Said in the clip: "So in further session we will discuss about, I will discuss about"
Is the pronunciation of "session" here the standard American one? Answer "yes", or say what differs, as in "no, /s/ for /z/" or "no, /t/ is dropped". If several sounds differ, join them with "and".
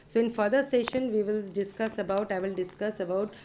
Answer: yes